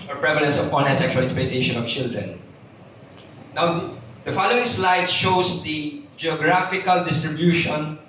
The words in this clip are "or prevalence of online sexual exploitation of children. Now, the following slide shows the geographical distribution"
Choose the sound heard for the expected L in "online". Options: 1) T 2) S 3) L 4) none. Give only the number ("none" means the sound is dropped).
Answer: 4